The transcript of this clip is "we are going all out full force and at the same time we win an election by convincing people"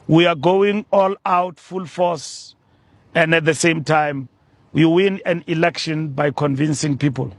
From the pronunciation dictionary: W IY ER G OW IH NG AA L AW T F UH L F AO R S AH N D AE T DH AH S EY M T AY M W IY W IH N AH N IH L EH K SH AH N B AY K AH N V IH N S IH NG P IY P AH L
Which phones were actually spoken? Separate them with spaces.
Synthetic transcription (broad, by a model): W IY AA G OW IH NG AA L AW T F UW L F AO S AH N D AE T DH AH S EY M T AY M W IY W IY N AH N IH L EH K SH AH N B AY K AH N V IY N S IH NG P IY P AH L